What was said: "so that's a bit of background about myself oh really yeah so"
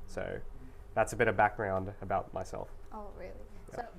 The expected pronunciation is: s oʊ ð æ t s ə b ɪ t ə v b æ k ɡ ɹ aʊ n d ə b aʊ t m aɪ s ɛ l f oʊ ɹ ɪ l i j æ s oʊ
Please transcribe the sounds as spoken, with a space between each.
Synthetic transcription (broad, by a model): s oʊ ð æ t s ə b ɪ t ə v b æ k ɡ ɹ aʊ n d ə b aʊ t m aɪ s ɛ l f oʊ ɹ ɪ l i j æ